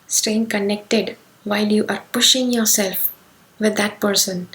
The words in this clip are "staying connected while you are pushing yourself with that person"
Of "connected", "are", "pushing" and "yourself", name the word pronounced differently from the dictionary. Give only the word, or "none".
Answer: none